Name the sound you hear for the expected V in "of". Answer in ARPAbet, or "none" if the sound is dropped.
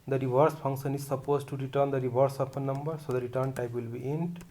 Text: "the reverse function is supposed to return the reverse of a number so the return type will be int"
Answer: P